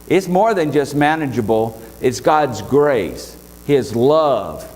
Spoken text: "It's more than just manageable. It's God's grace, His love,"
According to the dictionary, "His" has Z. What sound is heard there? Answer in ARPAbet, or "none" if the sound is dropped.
Z